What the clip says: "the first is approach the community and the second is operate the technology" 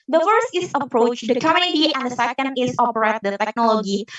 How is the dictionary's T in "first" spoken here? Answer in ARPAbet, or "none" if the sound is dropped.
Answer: T